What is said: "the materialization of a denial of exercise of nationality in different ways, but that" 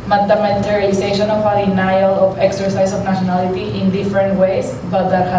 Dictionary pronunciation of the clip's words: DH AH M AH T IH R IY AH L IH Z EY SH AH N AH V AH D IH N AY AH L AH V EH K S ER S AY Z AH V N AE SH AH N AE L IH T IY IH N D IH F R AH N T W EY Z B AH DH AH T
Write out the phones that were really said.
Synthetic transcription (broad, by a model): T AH M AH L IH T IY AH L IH S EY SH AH N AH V AH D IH N AY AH L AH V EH K S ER S AY S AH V N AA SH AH N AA L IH T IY IH N D IH F R AH N T W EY S B AH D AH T